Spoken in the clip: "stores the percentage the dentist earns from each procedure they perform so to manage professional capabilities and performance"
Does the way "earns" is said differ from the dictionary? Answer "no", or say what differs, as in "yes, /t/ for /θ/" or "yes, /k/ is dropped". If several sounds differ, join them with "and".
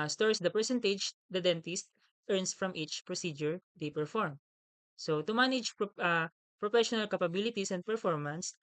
yes, /s/ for /z/